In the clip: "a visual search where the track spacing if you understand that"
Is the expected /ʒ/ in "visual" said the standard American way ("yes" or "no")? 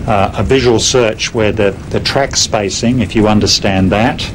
yes